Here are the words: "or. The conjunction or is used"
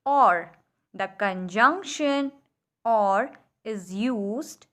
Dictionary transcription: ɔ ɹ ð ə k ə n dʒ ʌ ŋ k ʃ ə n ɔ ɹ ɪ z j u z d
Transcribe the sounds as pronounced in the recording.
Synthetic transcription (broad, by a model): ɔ ɹ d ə k ə n dʒ ʌ ŋ k ʃ ə n ɔ ɹ ɪ z j u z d